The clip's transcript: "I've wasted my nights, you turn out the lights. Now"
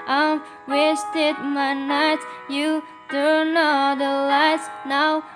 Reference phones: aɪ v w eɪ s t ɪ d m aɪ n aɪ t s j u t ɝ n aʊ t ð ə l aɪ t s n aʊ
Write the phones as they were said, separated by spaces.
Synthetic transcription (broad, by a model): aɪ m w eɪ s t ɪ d m aɪ n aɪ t j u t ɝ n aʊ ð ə l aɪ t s n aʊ